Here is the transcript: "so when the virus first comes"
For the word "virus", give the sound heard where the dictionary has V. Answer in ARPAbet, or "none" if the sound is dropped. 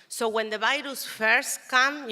B